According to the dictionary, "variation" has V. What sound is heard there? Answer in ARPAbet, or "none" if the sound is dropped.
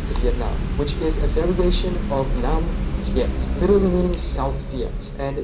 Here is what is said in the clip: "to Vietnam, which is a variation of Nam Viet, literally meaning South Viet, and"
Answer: V